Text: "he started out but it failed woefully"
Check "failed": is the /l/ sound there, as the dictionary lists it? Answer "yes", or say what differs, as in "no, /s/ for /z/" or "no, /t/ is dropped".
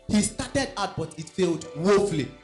yes